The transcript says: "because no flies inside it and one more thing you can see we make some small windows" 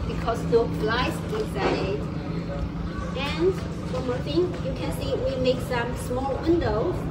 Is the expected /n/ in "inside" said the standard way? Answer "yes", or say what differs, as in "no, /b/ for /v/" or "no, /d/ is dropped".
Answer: no, /n/ is dropped